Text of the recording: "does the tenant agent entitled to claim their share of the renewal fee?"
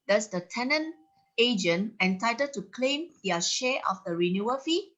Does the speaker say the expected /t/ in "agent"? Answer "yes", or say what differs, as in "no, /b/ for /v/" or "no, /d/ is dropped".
no, /t/ is dropped